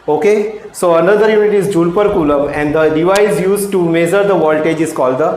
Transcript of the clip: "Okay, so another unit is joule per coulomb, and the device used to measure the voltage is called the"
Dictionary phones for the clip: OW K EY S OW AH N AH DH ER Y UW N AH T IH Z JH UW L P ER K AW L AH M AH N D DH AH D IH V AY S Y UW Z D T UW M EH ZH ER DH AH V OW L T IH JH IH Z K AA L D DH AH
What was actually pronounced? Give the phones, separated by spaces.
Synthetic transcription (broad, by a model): OW K EY S OW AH N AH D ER Y UW N AH T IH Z JH UW L P ER K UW L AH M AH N D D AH D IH V AY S Y UW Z T UW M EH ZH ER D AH V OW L T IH JH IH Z K AA L D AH